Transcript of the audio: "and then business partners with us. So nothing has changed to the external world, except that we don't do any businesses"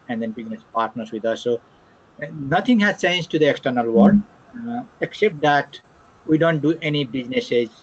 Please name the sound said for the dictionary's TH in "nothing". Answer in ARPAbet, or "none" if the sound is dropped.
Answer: T